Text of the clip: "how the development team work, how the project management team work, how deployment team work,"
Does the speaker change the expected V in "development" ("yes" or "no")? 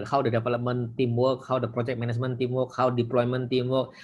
yes